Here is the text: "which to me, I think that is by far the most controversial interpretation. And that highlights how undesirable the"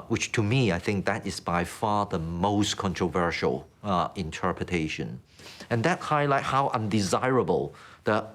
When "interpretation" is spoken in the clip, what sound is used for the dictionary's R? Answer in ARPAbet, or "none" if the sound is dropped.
R